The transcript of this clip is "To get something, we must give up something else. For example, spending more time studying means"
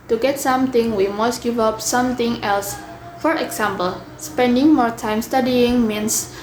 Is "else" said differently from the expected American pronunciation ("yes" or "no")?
no